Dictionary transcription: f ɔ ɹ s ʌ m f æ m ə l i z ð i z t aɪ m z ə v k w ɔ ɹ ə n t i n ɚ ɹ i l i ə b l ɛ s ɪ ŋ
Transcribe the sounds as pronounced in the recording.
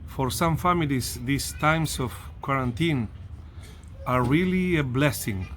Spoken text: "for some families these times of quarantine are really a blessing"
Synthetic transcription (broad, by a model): f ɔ ɹ s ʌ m f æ m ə l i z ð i s t aɪ m s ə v k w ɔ ɹ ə n t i n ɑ ɹ i l i ə b l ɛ s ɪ ŋ